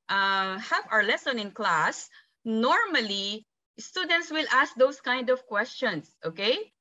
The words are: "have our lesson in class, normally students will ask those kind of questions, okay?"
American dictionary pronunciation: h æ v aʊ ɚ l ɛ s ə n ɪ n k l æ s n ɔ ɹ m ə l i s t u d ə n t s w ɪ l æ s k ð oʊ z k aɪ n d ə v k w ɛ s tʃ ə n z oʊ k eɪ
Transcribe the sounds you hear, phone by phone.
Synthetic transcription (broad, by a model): h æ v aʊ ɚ l ɛ s ə n ɪ n k l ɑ s n ɔ ɹ m ə l i s t u d ə n t s w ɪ l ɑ s k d oʊ s k aɪ n d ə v k w ɛ s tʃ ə n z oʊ k eɪ